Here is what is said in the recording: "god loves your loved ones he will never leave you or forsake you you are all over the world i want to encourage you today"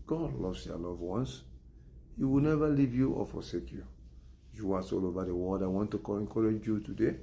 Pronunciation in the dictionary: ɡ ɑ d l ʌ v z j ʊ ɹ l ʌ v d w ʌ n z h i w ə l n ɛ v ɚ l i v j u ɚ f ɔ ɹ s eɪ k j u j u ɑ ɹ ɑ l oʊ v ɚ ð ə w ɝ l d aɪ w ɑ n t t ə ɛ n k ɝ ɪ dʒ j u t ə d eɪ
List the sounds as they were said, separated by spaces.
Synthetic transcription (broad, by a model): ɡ ɑ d l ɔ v s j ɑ l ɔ v w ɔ n s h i w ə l n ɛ v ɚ l i v j u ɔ f ɔ s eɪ k j u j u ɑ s ɑ l oʊ v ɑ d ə w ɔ d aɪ w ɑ n t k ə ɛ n k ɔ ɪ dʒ j u t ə d eɪ